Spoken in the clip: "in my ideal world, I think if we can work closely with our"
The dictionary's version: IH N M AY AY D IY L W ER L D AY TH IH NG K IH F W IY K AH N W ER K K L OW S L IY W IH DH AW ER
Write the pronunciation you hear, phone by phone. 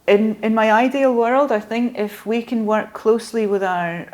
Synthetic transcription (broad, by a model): IH N M AY AY D IY L W ER L D AY TH IH NG K IH F W IY K AH N W ER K K L OW S L IY W IH DH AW ER